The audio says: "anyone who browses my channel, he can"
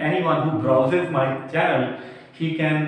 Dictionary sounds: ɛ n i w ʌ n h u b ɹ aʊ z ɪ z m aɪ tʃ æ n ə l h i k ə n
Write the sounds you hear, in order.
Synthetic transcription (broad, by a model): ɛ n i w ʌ n h u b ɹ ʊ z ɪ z m aɪ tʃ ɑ ə l h i k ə n